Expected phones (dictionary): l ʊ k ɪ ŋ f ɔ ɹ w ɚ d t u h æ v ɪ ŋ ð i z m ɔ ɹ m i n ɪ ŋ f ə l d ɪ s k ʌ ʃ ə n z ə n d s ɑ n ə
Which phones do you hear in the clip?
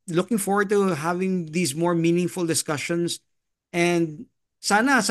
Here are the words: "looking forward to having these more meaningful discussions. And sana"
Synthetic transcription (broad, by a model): l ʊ k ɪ ŋ f ɔ ɹ w ɚ d t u h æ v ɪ ŋ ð i s m ɔ ɹ m i n ɪ ŋ f ə l d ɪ s k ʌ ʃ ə n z ə n d s ɑ n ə